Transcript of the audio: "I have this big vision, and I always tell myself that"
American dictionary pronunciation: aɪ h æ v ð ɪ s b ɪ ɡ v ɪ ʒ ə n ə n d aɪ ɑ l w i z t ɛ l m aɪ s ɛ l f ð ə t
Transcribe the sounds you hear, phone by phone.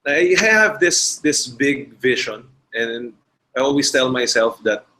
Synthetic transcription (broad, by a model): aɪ h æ v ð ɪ s b ɪ ɡ v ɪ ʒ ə n ə n d aɪ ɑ l w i s t ɛ l m aɪ s ɛ l f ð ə t